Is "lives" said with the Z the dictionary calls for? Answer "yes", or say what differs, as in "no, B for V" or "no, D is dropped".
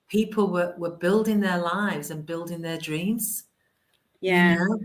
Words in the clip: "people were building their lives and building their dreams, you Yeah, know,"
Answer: yes